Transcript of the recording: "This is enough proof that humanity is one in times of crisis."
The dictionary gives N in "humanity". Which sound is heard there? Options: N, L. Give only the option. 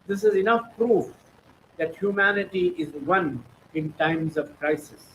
N